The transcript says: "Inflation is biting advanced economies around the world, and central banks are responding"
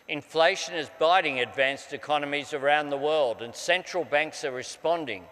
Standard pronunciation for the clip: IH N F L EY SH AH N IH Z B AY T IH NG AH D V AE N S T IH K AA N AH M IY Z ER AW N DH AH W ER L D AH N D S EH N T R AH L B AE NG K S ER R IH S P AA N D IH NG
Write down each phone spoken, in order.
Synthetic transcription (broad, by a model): IH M F L EY SH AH N IH Z B AY T IH NG AH D V AE N S T IH K AA N AH M IY Z ER AW N DH AH W ER L D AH N S EH N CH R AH L B AE NG K S ER R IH S P AA N D IH NG